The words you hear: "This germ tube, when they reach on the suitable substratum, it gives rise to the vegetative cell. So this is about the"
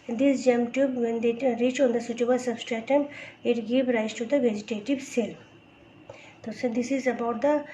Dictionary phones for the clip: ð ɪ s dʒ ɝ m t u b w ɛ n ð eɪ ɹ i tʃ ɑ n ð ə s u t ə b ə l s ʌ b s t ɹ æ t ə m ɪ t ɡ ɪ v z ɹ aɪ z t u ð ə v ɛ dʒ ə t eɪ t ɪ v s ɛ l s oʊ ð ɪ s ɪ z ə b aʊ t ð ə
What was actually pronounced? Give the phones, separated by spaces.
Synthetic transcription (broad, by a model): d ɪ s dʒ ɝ m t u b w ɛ n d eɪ ɹ i tʃ ɑ n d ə s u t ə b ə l s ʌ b s t ɹ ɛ t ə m ɪ t ɡ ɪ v ɹ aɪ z t u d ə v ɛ dʒ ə t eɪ t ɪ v s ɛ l s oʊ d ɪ s ɪ z ə b aʊ t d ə